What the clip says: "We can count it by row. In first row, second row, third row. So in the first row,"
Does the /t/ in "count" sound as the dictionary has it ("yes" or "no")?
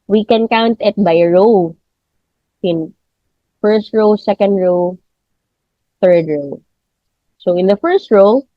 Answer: yes